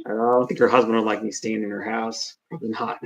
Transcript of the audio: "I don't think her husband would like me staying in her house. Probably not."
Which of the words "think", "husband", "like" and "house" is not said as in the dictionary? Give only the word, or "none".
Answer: none